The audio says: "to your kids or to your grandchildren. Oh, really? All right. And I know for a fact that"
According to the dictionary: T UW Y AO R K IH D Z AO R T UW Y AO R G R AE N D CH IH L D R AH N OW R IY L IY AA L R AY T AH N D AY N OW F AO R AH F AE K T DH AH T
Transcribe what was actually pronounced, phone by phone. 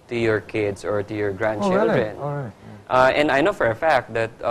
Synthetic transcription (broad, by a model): T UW Y AO R K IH D S AO R T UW Y AO R G R AE N D CH IH L D R AH N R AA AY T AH N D AY N OW F AO R AH F AE K T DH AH T